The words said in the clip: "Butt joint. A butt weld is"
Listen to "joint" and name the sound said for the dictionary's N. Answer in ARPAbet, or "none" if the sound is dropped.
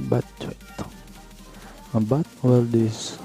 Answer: none